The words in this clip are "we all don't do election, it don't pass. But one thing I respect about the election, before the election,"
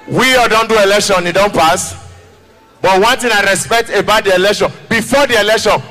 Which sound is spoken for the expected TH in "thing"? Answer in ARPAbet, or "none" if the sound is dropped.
T